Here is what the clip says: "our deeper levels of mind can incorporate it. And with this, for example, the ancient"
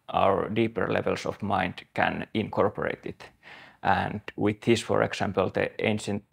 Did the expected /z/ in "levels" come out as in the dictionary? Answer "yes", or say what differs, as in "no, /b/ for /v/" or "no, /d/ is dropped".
no, /s/ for /z/